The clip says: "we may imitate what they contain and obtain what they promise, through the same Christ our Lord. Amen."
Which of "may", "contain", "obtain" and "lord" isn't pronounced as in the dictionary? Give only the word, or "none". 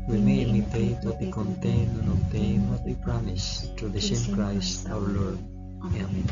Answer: obtain